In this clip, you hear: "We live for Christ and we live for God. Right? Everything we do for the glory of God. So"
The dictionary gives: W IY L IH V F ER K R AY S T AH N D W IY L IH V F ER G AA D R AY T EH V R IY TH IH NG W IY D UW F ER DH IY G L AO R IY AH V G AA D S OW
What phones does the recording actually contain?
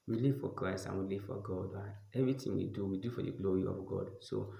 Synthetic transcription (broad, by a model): W IY L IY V F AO K R AY S T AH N W IY L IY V F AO G AA D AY EH V R IY T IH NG W IY D UW F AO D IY G L AO R IY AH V G AA D S OW